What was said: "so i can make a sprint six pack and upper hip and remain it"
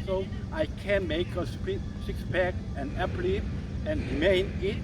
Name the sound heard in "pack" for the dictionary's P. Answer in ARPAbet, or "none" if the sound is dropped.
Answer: B